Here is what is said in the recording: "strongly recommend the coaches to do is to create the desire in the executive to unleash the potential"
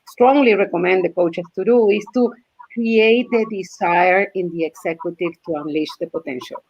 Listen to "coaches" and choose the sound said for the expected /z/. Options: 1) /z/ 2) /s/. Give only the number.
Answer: 2